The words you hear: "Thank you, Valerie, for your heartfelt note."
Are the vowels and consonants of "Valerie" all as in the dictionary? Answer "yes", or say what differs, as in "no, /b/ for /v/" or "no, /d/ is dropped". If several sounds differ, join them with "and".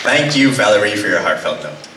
yes